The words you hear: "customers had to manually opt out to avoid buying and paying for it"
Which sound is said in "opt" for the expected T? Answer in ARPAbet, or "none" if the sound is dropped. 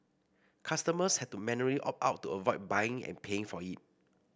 none